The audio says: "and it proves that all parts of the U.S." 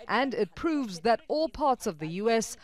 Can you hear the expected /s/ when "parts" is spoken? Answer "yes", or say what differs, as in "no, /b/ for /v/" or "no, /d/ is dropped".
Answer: yes